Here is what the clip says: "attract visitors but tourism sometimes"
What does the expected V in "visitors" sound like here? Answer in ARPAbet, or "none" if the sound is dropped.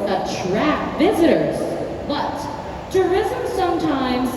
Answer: V